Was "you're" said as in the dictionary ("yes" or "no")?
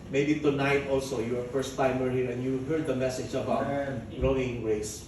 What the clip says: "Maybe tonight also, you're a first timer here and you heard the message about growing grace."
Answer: no